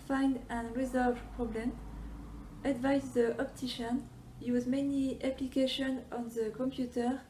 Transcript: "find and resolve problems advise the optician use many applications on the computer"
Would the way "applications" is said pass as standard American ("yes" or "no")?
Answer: no